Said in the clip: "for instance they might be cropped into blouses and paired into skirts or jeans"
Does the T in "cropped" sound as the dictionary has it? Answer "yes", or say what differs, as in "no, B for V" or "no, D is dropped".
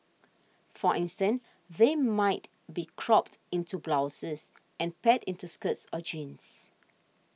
yes